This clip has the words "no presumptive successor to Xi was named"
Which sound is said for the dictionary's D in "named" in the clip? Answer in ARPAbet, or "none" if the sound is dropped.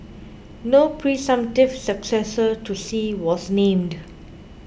D